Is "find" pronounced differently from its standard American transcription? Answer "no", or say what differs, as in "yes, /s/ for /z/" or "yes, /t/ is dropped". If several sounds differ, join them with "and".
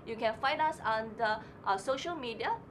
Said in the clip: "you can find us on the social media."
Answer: yes, /d/ is dropped